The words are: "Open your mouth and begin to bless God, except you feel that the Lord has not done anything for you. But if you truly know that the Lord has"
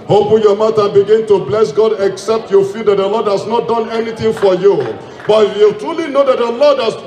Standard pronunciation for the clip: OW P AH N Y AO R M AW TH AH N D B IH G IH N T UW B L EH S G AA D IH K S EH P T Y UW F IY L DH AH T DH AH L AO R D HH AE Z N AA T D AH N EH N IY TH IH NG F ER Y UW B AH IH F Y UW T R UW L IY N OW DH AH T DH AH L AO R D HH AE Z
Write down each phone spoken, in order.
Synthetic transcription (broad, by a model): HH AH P Y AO M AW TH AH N B IH G IH N T UW B L EH S G AA D IH K S EH P T Y UW F IY L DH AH T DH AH L AO D HH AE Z N AA T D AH N EH N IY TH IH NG F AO Y UW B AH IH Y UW T R UW L IY N OW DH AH T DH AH L AO D HH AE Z